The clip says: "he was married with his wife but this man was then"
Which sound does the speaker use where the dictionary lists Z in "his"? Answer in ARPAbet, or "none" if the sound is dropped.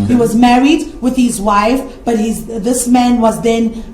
Z